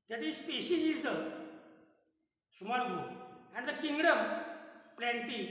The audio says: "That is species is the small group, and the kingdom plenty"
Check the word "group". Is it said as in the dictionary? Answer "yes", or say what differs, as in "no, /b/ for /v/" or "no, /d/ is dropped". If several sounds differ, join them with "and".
no, /ɹ/ is dropped and /p/ is dropped